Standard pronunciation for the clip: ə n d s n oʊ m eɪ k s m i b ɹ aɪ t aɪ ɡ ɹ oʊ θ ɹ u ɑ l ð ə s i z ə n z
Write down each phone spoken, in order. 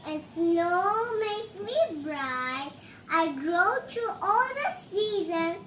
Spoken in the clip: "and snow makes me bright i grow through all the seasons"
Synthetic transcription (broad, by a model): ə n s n oʊ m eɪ s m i b ɹ aɪ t aɪ ɡ ɹ oʊ t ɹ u ɑ l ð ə s i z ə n